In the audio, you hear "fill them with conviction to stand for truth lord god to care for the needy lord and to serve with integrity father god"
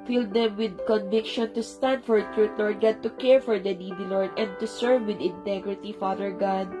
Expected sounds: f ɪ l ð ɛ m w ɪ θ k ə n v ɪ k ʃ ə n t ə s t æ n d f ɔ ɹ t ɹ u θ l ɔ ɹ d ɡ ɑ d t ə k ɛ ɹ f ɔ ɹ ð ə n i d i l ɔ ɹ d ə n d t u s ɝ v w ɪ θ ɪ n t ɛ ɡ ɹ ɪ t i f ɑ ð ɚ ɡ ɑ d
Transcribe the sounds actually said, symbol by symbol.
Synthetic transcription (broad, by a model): f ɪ l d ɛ m w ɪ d k ə n v ɪ k ʃ ə n t ə s t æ n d f ɔ ɹ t ɹ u t l ɔ ɹ d ɡ ɑ d t ə k ɛ ɹ f ɔ ɹ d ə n i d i l ɔ ɹ d ə n d t u s ɝ v w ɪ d ɪ n t ɛ ɡ ɹ ɪ t i f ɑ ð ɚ ɡ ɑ d